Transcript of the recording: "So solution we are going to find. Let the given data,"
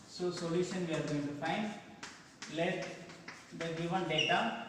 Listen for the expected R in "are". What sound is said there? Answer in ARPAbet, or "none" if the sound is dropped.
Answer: R